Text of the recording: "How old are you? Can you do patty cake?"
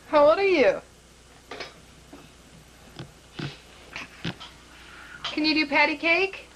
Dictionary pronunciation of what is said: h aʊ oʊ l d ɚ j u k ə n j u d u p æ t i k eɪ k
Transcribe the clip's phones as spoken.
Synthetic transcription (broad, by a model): h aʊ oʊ d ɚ j u k ə n j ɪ d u p æ t i k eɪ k